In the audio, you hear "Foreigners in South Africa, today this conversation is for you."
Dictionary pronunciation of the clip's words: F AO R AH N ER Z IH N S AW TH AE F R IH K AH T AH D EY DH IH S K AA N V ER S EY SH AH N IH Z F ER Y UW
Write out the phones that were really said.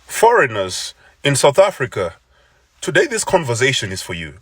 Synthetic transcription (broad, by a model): F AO R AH N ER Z IH N S AW TH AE F R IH K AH T AH D EY DH IH S K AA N V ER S EY SH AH N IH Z F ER Y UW